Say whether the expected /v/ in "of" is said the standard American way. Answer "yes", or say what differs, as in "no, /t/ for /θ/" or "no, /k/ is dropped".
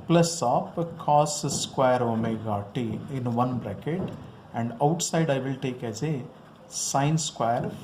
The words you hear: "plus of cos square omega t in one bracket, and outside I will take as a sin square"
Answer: no, /p/ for /v/